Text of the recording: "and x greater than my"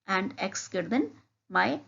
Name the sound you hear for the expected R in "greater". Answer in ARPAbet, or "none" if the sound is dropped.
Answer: none